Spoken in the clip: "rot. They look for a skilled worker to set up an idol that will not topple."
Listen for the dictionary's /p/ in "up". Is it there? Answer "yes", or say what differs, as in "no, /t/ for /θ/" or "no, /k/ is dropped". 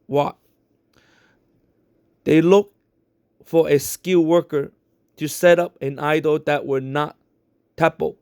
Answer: yes